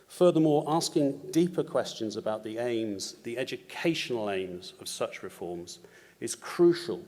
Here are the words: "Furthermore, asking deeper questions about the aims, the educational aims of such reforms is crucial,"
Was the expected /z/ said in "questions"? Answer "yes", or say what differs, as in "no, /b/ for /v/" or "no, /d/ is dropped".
yes